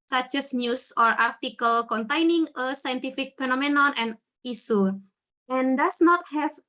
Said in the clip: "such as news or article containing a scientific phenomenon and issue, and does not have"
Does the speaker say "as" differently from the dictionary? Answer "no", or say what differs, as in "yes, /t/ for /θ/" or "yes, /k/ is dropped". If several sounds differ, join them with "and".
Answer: yes, /s/ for /z/